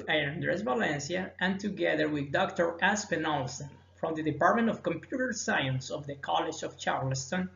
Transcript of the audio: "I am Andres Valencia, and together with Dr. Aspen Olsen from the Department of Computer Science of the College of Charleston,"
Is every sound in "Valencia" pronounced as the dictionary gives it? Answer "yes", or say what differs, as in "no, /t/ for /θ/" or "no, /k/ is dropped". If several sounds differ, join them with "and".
yes